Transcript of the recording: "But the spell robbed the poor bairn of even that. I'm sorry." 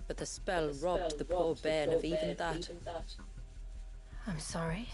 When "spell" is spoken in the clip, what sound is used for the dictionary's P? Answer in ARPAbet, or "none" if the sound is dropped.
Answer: P